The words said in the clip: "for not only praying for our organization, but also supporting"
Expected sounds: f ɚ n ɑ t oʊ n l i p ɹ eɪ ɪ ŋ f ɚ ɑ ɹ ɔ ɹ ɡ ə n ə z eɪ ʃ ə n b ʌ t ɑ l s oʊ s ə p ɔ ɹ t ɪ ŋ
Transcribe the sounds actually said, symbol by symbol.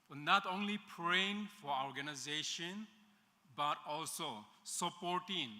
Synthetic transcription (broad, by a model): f n ɑ t oʊ n l i p ɹ eɪ ɪ ŋ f ɑ ɹ ɔ ɹ ɡ ə n ə z eɪ ʃ ə n b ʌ t ɑ l s oʊ s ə p ɔ ɹ t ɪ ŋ